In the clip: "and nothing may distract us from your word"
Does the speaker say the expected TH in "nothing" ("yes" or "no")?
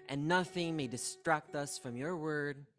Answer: yes